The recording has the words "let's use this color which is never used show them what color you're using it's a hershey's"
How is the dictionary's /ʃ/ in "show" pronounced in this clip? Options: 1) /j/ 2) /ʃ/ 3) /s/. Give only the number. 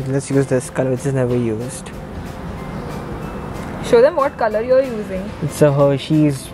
2